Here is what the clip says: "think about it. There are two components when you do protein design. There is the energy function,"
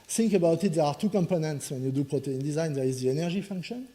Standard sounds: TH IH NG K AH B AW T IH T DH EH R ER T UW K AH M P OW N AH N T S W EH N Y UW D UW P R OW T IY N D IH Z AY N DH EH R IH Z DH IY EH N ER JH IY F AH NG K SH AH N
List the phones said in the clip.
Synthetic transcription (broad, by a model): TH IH NG K AH B AW T IH T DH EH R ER T UW K AH M P OW N AH N T S W EH N Y UW D UW P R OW T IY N D IH Z AY N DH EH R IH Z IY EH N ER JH IY F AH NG K SH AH N